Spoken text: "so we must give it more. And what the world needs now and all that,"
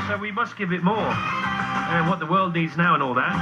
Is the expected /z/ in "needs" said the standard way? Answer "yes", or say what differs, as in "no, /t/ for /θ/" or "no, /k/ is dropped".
yes